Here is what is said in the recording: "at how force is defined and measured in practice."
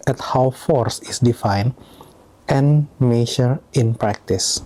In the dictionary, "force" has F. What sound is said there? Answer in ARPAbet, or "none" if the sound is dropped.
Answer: F